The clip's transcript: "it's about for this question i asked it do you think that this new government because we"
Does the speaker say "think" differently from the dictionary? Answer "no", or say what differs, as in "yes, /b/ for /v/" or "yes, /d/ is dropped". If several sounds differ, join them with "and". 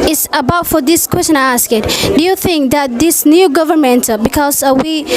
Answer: no